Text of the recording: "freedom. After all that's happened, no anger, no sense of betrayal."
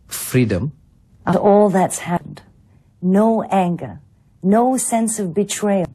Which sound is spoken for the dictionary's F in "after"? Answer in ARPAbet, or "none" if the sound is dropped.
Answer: none